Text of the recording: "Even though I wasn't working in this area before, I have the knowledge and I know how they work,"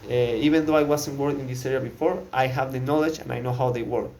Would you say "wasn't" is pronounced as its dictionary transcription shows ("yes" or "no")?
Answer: no